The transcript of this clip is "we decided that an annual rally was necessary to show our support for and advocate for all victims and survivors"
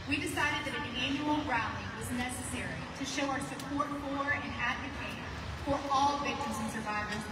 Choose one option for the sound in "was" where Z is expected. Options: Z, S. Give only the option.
Z